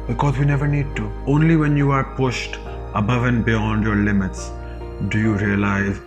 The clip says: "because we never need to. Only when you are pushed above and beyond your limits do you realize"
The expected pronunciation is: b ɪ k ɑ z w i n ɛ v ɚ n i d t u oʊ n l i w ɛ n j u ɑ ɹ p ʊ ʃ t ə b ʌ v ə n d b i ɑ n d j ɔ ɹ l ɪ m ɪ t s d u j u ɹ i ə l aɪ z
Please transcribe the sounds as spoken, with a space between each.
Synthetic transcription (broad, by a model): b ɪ k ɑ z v i n ɛ v ɚ n i d t u oʊ n l i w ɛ n j u ɑ ɹ p ʊ ʃ t ə b ʌ v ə n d b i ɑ n d j ɔ ɹ l ɪ m ɪ t s d u j u ɹ i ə l aɪ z